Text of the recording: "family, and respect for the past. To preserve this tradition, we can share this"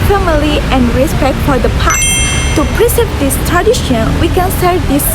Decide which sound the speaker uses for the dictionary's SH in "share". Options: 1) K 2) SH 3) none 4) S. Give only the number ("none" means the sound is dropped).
4